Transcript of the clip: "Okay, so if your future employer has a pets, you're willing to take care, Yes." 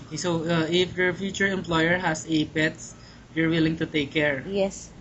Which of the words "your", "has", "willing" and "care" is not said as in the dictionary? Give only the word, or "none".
has